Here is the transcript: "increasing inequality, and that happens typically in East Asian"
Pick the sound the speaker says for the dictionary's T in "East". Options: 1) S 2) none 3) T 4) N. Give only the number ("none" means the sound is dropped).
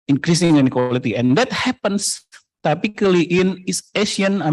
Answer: 2